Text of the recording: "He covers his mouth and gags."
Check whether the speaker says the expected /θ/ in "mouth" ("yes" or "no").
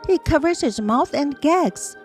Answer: yes